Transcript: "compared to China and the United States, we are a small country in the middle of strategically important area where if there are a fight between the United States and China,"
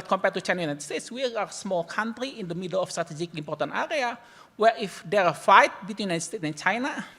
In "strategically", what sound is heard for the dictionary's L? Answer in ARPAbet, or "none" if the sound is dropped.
none